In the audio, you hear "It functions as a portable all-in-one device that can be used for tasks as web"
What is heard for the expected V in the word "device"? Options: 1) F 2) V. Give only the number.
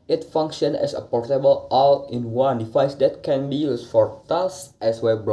1